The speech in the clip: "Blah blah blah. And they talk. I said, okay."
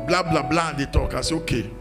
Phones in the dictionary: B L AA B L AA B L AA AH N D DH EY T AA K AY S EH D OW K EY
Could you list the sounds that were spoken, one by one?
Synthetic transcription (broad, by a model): B L AA B L AA B L AA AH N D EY T AA K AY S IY OW K EY